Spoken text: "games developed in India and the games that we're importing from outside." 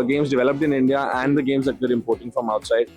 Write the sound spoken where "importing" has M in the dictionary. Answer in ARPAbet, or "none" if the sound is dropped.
M